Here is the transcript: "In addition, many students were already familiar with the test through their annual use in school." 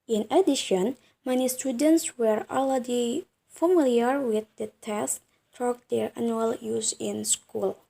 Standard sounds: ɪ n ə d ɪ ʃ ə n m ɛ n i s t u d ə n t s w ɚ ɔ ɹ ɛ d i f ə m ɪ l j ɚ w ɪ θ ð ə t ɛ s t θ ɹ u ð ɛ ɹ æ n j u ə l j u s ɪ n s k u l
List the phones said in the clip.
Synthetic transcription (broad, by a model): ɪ n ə d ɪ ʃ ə n m ɛ n i s t u d ə n t s w ɚ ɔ l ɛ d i f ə m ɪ l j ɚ w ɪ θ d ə t ɛ s t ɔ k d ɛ ɹ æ n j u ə l j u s ɪ n s k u l